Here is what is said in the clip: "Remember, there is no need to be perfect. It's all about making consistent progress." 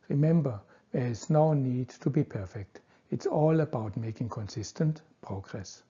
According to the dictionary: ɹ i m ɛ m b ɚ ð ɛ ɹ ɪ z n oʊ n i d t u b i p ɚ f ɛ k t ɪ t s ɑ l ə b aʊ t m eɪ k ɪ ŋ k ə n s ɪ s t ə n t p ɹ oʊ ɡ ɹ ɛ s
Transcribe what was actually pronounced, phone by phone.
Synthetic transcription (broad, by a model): ɹ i m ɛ m b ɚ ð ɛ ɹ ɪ s n oʊ n i d t u b i p ɚ f ɛ k t ɪ t s ɑ l ə b aʊ t m eɪ k ɪ ŋ k ə n s ɪ s t ə n t p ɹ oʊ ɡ ɹ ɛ s